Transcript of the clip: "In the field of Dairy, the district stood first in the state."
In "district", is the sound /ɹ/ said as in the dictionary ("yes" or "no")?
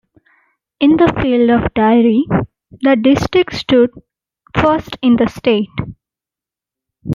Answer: yes